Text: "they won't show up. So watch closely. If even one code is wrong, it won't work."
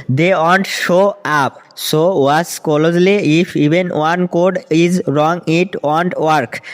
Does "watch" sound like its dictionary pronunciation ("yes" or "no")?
no